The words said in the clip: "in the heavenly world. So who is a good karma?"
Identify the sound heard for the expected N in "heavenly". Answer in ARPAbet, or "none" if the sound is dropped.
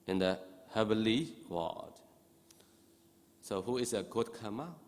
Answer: none